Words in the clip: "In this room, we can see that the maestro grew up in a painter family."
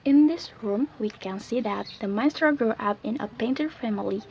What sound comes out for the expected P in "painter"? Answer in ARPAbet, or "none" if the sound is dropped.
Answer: P